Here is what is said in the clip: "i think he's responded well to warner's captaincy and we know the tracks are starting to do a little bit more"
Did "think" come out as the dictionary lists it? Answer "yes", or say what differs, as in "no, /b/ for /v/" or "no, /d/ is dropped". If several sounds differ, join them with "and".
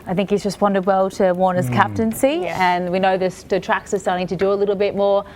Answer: yes